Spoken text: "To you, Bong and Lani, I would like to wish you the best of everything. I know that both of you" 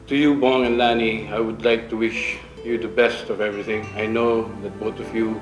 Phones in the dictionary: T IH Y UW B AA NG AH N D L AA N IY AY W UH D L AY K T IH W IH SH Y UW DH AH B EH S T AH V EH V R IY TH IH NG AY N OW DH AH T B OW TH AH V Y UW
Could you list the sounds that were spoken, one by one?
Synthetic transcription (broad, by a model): T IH Y UW B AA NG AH N L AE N IY AY W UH D L AY K T IH W IH SH Y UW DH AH B EH S T AH V EH V R IY TH IH NG AY N OW DH AH T B OW TH AH V Y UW